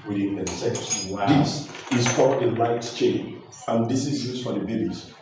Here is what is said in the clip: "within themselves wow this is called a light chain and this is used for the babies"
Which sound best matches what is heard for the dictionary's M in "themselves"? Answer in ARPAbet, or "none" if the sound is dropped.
none